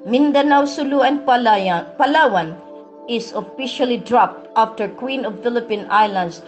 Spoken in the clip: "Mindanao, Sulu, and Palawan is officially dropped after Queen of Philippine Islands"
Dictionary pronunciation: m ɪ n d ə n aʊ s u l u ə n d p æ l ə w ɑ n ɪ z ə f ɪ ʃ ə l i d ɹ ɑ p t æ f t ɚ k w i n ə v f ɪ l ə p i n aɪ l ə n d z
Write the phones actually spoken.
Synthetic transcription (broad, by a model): m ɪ n d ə n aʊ s u l u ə n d p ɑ l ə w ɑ n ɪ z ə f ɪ ʃ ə l i d ɹ ɑ p t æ f t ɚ k w i n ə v f ɪ l ə p i n aɪ l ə n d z